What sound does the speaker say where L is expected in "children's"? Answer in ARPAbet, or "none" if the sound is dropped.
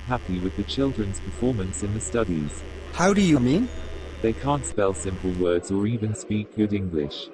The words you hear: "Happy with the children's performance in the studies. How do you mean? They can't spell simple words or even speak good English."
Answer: L